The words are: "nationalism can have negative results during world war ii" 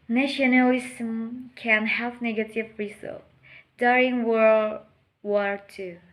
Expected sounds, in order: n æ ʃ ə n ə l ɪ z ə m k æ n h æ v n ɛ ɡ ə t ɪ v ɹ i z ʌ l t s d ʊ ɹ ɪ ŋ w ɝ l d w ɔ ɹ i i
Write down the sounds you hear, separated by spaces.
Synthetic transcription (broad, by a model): n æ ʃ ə n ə l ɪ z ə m k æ n h æ v n ɛ ɡ ə t ɪ v ɹ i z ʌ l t d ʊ ɹ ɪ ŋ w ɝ w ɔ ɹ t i